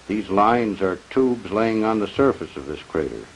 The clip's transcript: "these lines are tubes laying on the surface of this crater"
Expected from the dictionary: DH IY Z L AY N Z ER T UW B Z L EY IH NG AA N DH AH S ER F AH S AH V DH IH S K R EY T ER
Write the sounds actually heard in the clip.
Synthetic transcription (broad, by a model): DH IY Z L AY N Z ER T UW B Z L EY IH NG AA N DH AH S ER F AH S AH V DH IH S K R EY T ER